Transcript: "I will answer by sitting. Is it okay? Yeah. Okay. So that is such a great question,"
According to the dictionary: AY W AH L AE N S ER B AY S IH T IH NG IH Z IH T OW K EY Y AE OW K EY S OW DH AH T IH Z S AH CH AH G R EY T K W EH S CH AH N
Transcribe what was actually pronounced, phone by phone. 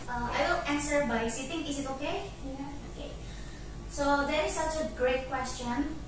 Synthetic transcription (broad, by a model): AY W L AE N S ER B AY S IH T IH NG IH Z IH T OW K EY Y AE OW K EY S OW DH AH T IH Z S AH CH AH G R EY T K W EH S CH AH N